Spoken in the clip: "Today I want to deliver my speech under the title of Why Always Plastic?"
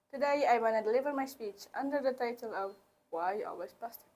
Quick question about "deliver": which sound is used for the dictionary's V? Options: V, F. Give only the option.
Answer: V